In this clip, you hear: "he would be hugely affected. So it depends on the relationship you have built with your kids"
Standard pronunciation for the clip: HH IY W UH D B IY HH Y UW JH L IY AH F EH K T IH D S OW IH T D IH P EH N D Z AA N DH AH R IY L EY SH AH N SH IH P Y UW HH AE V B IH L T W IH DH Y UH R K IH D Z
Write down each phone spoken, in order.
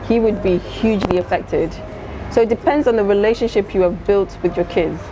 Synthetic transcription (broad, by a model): HH IY W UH D B IY HH Y UW JH L IY AH F EH K T IH D S OW IH T D IH P EH N D Z N DH AH R IY L EY SH AH N SH IH P Y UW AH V B IH L T W IH DH Y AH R K IH D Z